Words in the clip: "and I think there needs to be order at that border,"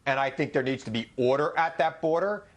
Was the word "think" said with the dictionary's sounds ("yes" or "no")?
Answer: yes